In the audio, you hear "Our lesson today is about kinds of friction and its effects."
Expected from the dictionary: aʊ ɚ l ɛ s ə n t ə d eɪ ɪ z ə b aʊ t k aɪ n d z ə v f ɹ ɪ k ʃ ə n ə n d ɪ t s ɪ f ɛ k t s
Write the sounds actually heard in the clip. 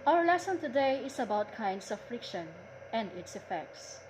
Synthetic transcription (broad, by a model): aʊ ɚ l ɛ s ə n t ə d eɪ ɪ s ə b aʊ t k aɪ n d s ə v f ɹ ɪ k ʃ ə n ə n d ɪ t s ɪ f ɛ k t s